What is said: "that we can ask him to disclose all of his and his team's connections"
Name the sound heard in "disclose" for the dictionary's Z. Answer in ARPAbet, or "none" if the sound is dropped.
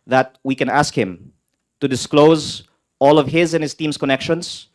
Z